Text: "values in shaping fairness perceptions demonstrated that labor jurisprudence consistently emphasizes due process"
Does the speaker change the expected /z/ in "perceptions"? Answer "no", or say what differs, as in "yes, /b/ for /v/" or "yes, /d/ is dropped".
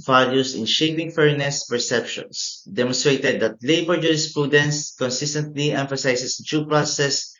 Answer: yes, /s/ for /z/